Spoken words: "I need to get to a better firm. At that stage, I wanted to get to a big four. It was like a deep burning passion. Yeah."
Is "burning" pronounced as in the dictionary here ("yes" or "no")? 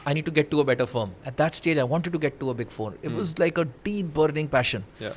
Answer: yes